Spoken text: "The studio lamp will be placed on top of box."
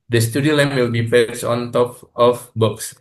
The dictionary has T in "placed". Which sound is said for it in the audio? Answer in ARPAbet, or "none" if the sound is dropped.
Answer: none